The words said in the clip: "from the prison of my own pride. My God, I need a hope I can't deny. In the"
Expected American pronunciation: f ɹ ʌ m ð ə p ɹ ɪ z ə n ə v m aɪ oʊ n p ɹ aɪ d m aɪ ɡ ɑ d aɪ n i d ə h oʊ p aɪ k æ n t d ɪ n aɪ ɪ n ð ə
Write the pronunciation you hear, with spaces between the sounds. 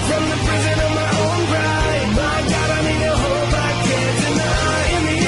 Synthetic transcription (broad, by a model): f ɹ ʌ m ð ə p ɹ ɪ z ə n ə v m aɪ oʊ n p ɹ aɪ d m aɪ ɡ ɑ d aɪ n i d ə h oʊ b aɪ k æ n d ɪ n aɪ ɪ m